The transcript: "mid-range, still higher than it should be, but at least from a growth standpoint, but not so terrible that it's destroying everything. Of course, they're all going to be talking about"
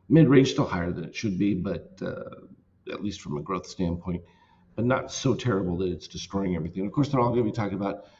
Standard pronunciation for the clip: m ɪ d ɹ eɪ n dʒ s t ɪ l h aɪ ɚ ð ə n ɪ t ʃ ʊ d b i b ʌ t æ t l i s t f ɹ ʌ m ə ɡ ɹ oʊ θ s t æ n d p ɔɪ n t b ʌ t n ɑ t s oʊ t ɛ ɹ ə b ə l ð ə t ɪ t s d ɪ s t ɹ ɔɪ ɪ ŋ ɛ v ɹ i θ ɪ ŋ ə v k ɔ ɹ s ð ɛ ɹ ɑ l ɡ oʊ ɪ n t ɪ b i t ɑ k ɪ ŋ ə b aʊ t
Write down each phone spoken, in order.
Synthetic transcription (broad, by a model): m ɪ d ɹ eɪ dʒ s t ɪ l h aɪ ɚ ð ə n ɪ t ʃ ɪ d b i b ʌ t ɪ t l i s t f ɹ ʌ m ə ɡ ɹ oʊ θ s t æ n p ɔɪ n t b ʌ t n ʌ t s oʊ t ɛ ɹ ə b l ð ə t ɪ t s d ɪ s t ɹ ɔɪ ɪ ŋ ɛ v ɹ i θ ɪ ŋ ə v k ɔ ɹ s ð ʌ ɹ ɑ l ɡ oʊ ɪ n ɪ b i t ɑ k ɪ ŋ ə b aʊ t